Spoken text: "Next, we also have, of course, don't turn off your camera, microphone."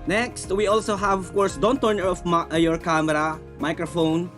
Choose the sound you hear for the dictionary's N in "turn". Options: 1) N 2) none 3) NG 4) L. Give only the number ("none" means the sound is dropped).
2